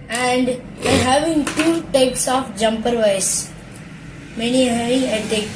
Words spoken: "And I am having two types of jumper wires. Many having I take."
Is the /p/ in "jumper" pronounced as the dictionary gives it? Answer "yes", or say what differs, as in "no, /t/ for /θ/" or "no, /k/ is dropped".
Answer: yes